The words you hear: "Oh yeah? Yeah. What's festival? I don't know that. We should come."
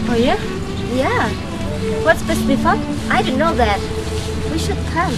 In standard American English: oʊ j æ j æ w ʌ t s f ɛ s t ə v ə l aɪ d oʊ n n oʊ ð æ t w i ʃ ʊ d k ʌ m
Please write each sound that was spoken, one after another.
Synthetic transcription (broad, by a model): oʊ j æ j æ w ʌ t s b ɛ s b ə f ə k aɪ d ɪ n n oʊ ð æ t w i ʃ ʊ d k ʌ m